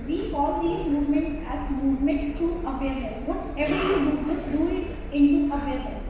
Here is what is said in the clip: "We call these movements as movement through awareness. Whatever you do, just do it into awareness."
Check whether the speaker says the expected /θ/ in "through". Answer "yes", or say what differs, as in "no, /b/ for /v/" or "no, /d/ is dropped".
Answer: no, /t/ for /θ/